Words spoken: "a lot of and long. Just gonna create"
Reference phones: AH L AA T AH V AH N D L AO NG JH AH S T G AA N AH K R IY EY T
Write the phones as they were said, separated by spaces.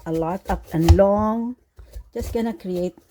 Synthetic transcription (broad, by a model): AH L AA T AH P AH N L AO NG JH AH S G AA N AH K R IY EY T